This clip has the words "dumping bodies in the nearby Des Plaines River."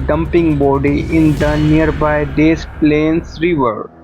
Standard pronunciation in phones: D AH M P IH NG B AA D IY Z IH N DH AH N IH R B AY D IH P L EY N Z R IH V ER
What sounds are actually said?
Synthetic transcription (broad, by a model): D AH M P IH NG B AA D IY IH N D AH N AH R B AY D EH P L EY N S R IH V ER